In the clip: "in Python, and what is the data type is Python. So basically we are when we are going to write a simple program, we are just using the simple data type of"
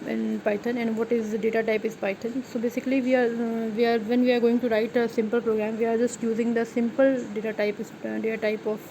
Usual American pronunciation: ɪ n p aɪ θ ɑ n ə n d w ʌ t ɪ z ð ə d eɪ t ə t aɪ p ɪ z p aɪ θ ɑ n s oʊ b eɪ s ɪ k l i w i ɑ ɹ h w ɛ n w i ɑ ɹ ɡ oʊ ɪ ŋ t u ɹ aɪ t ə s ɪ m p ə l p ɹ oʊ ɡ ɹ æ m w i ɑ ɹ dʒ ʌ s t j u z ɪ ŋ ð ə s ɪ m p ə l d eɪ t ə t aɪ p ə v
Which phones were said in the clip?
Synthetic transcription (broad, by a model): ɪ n p aɪ t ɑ n ə n d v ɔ t ɪ z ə d eɪ t ə t aɪ p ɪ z p aɪ t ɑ n s oʊ b eɪ s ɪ k l i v i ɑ ɹ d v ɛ n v i ɑ ɹ ɡ oʊ ɪ ŋ t u ɹ aɪ t ə s ɪ m p ə l p ɹ oʊ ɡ ɹ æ m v i ɑ ɹ dʒ ʌ s t j u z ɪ ŋ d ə s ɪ m p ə l d eɪ t ə t aɪ p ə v